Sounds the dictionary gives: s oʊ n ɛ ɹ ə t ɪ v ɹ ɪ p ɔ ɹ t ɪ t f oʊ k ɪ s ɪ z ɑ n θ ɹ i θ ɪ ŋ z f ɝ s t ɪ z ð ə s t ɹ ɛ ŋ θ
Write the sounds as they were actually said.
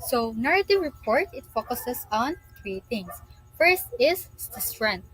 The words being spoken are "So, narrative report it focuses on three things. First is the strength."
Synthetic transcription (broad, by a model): s oʊ n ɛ ɹ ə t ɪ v ɹ ɪ p ɔ ɹ t ɪ t f oʊ k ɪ s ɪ s ɑ n t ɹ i t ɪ ŋ s f ɝ s t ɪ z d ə s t ɹ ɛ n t